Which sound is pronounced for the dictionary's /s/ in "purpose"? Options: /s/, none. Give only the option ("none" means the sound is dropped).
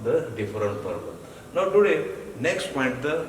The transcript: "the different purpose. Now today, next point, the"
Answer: none